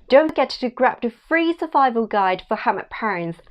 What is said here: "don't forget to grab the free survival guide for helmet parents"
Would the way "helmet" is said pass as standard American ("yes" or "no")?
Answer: no